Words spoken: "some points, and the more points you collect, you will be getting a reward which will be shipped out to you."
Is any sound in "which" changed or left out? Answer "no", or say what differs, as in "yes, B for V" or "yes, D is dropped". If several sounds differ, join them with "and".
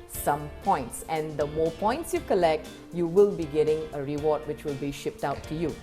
no